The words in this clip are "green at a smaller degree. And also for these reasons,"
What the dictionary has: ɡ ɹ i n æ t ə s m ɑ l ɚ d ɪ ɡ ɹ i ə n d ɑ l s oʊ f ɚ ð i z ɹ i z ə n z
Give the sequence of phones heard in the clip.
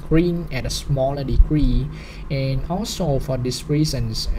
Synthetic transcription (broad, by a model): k ɹ i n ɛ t ə s m ɑ l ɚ d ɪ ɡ ɹ i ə n ɑ l s oʊ f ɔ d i s ɹ i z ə n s